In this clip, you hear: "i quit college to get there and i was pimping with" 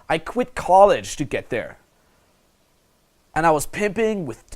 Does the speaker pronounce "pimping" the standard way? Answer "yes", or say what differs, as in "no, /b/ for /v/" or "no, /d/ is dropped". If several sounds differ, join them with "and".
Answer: yes